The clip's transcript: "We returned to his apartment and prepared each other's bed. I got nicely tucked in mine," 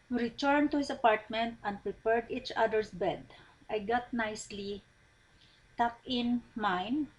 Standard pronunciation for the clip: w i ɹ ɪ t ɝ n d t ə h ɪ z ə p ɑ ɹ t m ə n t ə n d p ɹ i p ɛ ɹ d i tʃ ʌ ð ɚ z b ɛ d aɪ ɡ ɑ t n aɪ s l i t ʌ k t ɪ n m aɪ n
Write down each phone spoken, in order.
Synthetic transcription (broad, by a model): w ɹ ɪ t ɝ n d t ə h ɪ s ə p ɑ ɹ t m ə n t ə n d p ɹ i p ɛ ɹ d i tʃ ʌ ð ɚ s b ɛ d aɪ ɡ ɑ t n aɪ s l i t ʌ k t ɪ n m aɪ n